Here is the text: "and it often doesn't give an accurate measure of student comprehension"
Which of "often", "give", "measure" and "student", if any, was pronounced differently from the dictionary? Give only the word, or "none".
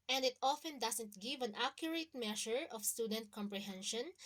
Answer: measure